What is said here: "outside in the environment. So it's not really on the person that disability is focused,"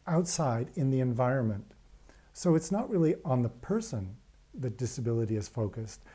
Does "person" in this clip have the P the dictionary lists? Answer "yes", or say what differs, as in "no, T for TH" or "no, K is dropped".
yes